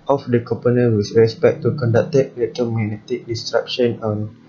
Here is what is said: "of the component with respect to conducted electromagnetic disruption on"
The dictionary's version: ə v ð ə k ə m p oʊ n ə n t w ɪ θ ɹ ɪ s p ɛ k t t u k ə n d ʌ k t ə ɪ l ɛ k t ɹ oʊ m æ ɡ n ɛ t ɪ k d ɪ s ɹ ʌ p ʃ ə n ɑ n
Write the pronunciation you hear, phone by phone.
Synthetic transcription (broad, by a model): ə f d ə k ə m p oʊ n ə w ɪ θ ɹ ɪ s p ɛ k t t u k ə n d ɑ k t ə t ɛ t oʊ m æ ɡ n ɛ t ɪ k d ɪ s ɹ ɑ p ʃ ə n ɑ n